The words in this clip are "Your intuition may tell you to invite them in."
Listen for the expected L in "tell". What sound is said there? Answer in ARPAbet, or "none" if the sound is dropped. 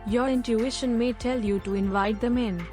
L